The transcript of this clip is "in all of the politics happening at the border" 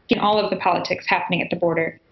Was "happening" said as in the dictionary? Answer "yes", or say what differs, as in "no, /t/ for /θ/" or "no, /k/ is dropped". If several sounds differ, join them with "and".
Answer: yes